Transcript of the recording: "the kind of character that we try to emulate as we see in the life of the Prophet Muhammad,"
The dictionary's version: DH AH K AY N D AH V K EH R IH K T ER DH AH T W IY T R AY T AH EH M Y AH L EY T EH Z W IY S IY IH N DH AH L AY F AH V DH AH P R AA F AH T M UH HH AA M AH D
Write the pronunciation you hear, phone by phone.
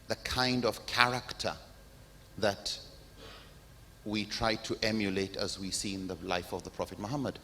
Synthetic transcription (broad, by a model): DH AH K AY N D AH V K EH R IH K T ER DH AH T W IY T R AY T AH EH M Y AH L EY T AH Z W IY S IY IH N DH AH L AY F AH V DH AH P R AA F AH T M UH HH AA M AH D